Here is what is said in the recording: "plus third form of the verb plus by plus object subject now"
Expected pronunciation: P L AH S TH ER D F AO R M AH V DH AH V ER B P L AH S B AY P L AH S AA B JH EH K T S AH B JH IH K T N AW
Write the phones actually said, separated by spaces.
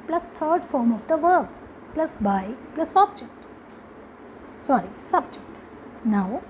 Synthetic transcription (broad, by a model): P L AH S T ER D F AO R M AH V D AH V ER B P L AH S B AY P L AH S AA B JH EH K T S AH B JH IH K T N AW